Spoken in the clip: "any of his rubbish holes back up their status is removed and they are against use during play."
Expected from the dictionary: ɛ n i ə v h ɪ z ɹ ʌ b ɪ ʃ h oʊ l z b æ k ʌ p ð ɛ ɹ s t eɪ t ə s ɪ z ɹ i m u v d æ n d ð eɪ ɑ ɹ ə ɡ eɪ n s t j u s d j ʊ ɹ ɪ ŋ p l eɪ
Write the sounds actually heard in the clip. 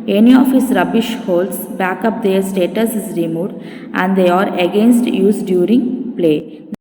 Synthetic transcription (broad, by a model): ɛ n i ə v h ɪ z ɹ ʌ b ɪ ʃ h oʊ l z b æ k ʌ p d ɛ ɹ s t eɪ t ə s ɪ z ɹ i m u v d æ n d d eɪ ɑ ɹ ə ɡ eɪ n s t j u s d j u ɹ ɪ ŋ p l eɪ